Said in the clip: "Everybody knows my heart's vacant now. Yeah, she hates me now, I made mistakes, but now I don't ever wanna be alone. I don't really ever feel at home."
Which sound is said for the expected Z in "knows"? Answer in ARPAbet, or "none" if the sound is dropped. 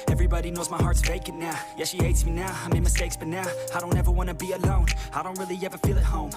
Z